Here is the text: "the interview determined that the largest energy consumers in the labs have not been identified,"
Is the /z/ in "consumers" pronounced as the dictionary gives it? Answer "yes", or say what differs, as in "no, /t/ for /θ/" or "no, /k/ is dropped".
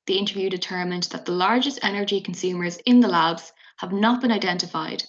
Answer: yes